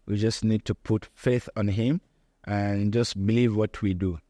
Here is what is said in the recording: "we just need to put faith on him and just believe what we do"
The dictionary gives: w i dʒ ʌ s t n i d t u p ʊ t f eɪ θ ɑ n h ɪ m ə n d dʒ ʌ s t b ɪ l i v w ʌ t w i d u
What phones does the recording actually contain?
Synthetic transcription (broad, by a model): w i dʒ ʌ s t n i d t u p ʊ t f eɪ θ ɑ n h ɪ m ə n dʒ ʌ s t b ɪ l i v w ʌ t w i d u